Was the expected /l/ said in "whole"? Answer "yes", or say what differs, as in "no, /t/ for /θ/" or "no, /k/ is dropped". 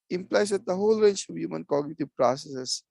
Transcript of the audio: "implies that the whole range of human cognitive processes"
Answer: yes